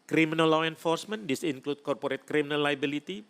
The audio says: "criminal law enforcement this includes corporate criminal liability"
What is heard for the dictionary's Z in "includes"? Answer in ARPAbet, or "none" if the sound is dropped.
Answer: none